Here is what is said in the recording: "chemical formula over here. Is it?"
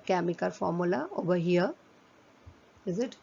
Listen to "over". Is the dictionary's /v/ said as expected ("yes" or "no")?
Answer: no